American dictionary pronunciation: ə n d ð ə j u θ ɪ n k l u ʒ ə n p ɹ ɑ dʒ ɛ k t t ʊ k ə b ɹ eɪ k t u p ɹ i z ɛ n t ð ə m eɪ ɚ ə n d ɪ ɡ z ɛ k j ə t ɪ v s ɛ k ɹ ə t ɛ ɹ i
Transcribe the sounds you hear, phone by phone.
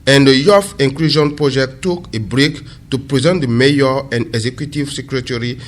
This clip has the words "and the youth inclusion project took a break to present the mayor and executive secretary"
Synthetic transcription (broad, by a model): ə n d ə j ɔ f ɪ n k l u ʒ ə n p ɹ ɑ dʒ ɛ k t t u k ə b ɹ eɪ k t u p ɹ i z ɛ n t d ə m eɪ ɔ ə n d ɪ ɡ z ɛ k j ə t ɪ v s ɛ k ɹ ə t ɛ ɹ i